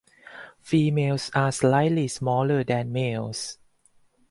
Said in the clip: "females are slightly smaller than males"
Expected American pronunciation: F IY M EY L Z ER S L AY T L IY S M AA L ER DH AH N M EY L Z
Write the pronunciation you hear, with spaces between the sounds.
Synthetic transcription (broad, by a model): F IY M EY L S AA S L AY T L IY S M AA L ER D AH N M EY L S